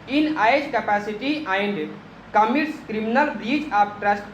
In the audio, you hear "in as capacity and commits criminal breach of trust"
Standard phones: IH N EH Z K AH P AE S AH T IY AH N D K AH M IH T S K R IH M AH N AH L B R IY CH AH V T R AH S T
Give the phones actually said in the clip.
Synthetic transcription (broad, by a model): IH N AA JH K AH P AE S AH T IY AH N D K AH M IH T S K R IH M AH N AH L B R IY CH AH P T R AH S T